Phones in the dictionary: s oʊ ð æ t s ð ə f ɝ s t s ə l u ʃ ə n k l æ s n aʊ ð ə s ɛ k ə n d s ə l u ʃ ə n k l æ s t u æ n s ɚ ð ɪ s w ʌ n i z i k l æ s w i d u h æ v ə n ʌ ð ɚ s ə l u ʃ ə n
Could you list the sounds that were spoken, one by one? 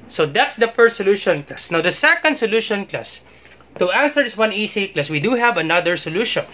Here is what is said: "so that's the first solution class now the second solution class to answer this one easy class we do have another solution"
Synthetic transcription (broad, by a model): s oʊ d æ t s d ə f ɝ s t s ə l u ʃ ə n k l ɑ s n aʊ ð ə s ɛ k ə n d s ə l u ʃ ə n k l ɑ s t u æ n s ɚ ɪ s w ʌ n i s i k l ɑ s w i d u h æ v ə n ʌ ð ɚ s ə l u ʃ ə n